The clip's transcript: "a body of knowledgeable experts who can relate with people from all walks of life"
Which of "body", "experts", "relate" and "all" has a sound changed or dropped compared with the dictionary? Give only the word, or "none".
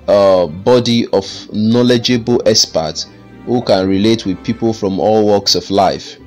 experts